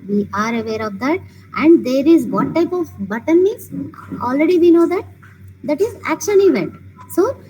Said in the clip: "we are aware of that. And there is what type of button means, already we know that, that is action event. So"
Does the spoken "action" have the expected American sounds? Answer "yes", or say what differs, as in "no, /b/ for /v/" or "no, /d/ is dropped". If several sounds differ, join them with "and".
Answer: yes